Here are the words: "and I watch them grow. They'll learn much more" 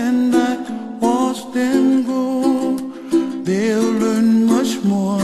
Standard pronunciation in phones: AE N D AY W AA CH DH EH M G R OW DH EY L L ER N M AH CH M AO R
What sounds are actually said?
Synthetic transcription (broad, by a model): N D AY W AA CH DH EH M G OW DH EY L L ER N M AH CH M AO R